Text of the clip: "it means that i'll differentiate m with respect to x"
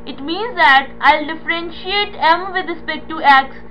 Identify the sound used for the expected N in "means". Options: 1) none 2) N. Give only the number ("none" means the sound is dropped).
2